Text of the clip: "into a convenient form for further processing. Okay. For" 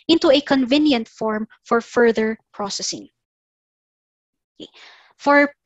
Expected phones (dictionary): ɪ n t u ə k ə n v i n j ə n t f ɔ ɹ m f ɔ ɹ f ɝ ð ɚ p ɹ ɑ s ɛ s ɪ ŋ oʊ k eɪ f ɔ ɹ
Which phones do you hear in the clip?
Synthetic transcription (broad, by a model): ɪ n t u ə k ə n v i n j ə n t f ɔ ɹ m f ɔ ɹ f ɝ ð ɚ p ɹ ɑ s ɛ s ɪ ŋ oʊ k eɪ f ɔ ɹ